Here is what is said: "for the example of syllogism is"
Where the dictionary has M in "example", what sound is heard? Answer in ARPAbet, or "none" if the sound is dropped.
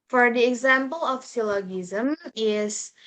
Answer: M